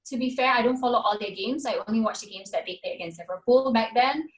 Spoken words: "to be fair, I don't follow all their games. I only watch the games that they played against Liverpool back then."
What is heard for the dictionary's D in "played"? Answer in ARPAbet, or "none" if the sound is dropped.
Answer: none